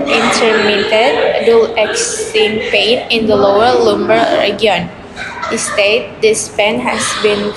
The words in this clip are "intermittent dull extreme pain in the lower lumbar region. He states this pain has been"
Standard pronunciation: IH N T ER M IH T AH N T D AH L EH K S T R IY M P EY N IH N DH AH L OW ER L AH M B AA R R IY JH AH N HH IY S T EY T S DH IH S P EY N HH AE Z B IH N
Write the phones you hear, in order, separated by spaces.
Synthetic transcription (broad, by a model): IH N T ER M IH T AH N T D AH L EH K S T IY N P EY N IH N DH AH L OW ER L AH M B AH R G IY AH N HH IY S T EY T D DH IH S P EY N HH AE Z B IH N